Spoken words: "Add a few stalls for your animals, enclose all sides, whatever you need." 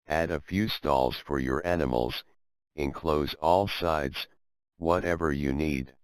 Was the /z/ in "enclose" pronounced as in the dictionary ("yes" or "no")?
yes